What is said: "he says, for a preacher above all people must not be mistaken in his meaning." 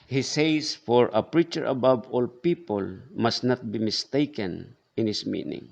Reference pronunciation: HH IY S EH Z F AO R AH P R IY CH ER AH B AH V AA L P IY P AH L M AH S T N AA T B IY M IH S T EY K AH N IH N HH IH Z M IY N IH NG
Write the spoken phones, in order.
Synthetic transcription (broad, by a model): HH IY S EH S F AO R AH P R IY CH ER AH B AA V AA L P IY P AH L M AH S T N AA T B IY M IH S T EY K AH N IH N HH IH S M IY N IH NG